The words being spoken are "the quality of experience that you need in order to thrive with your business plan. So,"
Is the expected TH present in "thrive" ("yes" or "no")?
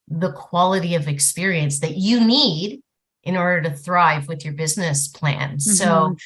yes